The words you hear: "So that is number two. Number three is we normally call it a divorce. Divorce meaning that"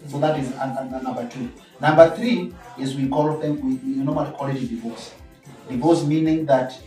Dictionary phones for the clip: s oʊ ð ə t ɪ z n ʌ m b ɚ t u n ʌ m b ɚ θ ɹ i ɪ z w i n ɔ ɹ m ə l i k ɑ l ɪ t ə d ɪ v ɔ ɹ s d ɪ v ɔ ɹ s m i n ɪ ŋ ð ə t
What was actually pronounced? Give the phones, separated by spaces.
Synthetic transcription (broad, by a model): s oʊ ð ə t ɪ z n ʌ m b ɚ t u n ʌ m b ɚ θ ɹ i ɪ z w i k ɔ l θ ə w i k ɑ l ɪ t ə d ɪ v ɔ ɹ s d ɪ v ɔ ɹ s m i n ɪ ŋ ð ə t